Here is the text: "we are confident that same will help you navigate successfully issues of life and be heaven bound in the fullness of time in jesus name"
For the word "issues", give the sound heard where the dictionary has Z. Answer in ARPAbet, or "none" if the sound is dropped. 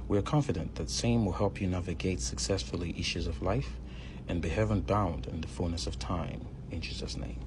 Z